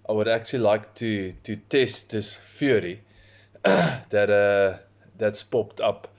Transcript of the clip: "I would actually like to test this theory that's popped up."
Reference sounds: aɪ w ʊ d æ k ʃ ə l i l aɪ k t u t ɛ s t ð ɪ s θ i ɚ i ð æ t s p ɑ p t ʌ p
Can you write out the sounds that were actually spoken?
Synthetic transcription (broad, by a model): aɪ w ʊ d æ k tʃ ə l i l aɪ k t u t ɛ s t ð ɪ s f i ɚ i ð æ t s p ɑ p t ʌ p